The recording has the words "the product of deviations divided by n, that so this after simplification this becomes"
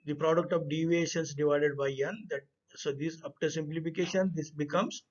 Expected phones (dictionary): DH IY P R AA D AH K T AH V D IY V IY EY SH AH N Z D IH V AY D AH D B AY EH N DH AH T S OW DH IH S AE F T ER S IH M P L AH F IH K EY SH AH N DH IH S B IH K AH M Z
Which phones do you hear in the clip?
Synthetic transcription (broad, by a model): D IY P R AA D AH K T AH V D IY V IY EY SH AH N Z D IH V AY D AH D B AY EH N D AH T S OW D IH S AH P T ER S IH M P L AH F IH K EY SH AH N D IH S B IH K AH M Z